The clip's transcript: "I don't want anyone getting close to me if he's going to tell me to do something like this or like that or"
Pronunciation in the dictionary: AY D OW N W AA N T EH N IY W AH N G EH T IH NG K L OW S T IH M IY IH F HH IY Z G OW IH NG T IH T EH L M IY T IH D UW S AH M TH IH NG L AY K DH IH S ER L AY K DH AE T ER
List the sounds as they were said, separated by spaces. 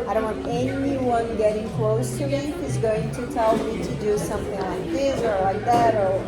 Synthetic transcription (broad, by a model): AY D OW N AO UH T EH N IY W AH N G EH T IH NG K L OW S T IH M IY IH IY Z G OW IH NG T IH T EH L M IY T IH D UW S AH M TH IH NG L AY K DH IH S ER L AY K DH AE T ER